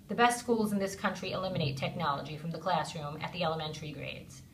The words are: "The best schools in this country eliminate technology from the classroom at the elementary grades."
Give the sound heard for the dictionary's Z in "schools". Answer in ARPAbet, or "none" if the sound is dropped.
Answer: Z